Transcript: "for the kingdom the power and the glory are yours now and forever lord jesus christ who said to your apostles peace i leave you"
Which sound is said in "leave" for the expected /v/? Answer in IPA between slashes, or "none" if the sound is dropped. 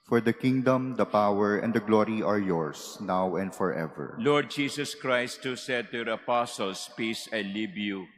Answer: /b/